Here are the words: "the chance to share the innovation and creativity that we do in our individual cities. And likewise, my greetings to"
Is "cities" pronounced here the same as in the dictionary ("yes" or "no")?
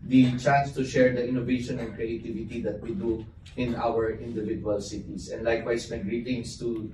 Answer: no